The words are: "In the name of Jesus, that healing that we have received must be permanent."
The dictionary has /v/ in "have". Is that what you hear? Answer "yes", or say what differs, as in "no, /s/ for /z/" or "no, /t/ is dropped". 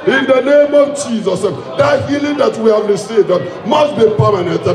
yes